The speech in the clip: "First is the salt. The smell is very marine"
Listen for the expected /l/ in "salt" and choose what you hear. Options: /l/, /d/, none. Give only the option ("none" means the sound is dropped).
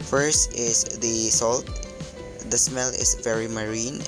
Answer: /l/